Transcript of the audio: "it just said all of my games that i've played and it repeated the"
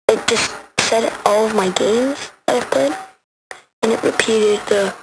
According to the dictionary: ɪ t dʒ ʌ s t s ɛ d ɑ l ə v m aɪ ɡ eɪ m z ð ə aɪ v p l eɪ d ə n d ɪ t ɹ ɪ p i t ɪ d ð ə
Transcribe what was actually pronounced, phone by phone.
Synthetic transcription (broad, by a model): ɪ t dʒ ʌ s t s ɛ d ɑ l ə v m aɪ ɡ eɪ m z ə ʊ p ɪ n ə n ɪ t ɹ ɪ p i t ɪ d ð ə